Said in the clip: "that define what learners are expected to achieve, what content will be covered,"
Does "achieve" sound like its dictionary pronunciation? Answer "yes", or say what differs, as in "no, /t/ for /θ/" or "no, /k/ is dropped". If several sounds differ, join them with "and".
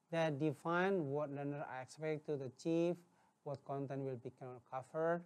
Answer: no, /f/ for /v/